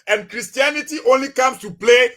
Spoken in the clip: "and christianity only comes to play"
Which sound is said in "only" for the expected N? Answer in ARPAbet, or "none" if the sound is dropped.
N